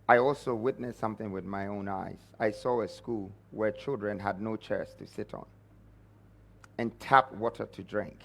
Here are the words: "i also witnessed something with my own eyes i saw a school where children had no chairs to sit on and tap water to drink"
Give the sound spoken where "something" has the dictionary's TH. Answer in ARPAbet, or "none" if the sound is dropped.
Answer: TH